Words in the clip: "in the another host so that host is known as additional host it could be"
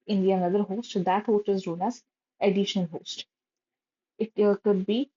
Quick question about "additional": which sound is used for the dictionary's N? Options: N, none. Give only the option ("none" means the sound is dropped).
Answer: none